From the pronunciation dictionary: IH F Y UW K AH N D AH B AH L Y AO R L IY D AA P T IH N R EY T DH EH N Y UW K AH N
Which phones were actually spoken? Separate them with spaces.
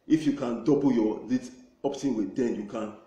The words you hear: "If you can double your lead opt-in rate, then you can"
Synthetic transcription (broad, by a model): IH F Y UW K AH N D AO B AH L Y AO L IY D AA P T IH N W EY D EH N Y UW K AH N